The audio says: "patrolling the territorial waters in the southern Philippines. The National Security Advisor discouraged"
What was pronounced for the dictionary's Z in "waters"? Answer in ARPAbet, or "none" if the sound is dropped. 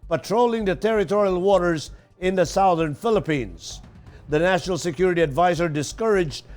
Z